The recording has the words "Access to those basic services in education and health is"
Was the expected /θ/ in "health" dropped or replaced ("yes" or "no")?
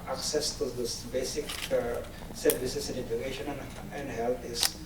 yes